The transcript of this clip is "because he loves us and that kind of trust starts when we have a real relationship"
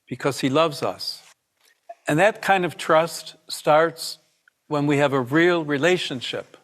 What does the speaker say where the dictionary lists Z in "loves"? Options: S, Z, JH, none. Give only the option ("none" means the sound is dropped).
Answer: Z